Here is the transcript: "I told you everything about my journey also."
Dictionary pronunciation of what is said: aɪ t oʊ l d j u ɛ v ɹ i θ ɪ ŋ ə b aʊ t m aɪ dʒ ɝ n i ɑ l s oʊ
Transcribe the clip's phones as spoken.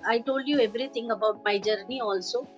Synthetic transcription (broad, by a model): aɪ t oʊ l d j u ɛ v ɹ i t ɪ ŋ ə b aʊ t m aɪ dʒ ɝ n i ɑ l s oʊ